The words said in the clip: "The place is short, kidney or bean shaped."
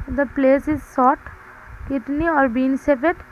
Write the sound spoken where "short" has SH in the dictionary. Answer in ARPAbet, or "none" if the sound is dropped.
S